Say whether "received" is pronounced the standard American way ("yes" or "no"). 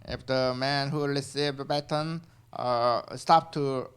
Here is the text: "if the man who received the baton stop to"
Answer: no